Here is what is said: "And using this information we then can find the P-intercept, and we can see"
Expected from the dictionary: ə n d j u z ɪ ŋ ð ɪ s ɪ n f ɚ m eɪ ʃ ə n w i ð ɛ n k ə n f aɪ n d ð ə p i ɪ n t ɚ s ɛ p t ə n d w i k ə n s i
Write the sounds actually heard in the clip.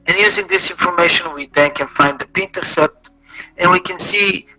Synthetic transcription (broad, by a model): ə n j u z ɪ ŋ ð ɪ s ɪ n f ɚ m eɪ ʃ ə n w i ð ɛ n k ə n f aɪ n d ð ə p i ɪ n t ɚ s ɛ t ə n w i k ə n s i